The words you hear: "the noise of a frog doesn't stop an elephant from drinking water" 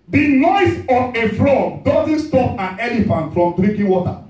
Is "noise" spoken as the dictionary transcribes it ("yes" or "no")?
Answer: no